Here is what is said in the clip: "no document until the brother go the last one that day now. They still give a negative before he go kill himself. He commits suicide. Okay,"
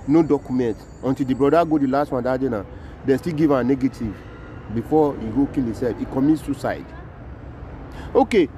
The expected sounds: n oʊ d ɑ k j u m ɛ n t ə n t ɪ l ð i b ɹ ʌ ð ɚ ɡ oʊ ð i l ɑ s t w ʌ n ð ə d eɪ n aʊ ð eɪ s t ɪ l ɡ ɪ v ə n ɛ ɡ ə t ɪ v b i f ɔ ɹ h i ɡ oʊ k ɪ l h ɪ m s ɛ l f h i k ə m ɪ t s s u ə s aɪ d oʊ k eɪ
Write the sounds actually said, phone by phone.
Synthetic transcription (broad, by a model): n oʊ d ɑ k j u m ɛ n t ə n t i l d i b ɹ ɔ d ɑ ɡ oʊ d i l ɑ s t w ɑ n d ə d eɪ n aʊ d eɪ s t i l ɡ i v ə n ɛ ɡ ə t ɪ v b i f ɔ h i ɡ oʊ k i l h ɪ s ɛ l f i k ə m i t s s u s aɪ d oʊ k eɪ